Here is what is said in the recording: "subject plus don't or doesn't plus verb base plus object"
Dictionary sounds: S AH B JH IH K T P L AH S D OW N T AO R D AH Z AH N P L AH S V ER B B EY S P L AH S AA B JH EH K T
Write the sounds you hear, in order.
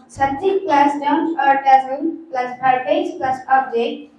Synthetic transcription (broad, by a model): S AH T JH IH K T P L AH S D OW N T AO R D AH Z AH L P L AH S P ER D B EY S P L AH S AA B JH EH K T